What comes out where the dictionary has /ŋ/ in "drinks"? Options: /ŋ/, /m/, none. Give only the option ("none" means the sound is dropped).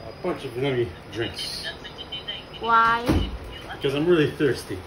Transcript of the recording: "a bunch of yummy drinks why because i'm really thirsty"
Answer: /ŋ/